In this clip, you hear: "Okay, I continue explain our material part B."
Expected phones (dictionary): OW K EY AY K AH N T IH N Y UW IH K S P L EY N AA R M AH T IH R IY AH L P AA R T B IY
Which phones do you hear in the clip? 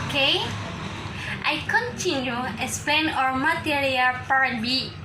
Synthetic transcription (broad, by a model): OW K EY AY K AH N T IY N Y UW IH S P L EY N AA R M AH T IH R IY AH L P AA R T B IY